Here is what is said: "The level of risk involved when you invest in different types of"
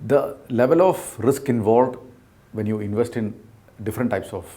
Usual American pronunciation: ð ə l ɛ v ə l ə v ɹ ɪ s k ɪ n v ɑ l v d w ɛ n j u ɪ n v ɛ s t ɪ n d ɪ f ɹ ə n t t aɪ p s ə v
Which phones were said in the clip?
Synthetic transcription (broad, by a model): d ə l ɛ v ə l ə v ɹ ɪ s k ɪ n v ɑ l v d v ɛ n j u ɪ n v ɛ s t ɪ n d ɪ f ɹ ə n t t aɪ p s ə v